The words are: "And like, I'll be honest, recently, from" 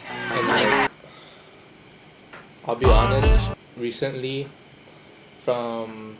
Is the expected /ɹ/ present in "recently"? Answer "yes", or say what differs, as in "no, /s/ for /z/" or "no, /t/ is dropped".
yes